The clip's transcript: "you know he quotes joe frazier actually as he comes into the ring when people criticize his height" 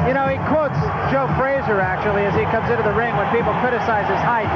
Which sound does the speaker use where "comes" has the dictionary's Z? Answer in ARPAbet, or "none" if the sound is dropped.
Z